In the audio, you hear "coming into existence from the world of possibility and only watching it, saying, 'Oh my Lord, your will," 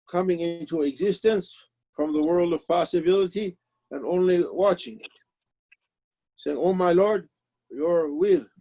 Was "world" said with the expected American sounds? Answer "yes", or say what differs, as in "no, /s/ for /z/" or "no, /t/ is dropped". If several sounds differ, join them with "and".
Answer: yes